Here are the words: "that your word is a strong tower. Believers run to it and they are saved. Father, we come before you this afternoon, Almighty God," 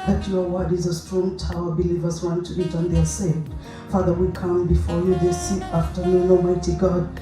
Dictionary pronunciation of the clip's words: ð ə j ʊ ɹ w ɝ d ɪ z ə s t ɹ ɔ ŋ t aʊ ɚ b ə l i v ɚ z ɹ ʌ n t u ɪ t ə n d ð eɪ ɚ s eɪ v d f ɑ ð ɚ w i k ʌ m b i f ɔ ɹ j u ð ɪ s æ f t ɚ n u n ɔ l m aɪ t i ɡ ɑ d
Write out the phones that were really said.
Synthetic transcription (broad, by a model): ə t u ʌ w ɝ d ɪ z ə s t ɹ ɔ ŋ t aʊ ɚ b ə l i v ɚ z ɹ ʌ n t u ɪ t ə n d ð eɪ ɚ s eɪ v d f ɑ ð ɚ w i k ʌ m b i f ɔ ɹ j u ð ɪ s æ f t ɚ n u n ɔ m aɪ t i ɡ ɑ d